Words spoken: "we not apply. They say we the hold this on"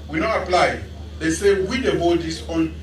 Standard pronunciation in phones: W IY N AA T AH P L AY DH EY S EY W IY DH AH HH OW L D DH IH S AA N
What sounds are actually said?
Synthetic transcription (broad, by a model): W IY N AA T AH P L AY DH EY S EY W IY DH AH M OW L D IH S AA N